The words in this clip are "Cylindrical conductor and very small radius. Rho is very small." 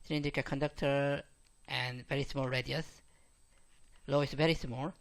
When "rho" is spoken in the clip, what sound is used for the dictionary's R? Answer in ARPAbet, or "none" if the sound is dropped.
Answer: L